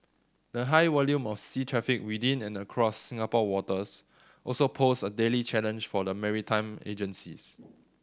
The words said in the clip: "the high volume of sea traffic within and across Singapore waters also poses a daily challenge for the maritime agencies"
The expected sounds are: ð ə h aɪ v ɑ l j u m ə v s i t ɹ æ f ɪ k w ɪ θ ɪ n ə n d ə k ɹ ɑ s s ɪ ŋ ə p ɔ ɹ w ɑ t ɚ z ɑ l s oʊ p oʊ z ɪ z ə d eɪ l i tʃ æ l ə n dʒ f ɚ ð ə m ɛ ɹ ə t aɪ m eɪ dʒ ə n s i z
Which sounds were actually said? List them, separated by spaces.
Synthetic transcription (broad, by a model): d ə h aɪ w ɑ l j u m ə f s i t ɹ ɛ f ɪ k w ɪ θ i n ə n ə k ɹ ɑ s s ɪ ŋ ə p ɔ w ɑ t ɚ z ɑ l s oʊ p oʊ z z ə d eɪ l i tʃ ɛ l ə n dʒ f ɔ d ə m ɛ ɹ ə t aɪ m eɪ dʒ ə n s i s